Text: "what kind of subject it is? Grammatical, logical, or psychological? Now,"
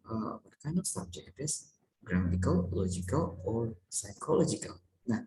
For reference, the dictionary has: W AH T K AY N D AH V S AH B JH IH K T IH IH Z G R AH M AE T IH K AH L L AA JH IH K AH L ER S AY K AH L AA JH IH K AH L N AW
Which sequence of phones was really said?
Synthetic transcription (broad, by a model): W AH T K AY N AH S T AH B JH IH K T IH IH S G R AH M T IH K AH L L AA JH IH K AH L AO S AY K AH L AA JH IH K AH L N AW